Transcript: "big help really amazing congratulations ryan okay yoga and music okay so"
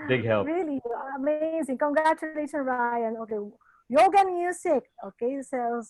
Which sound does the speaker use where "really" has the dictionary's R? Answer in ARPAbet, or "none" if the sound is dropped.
R